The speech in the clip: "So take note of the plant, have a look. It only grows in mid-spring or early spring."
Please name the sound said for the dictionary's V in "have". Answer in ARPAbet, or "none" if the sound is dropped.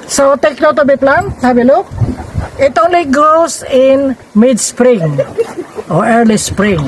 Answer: B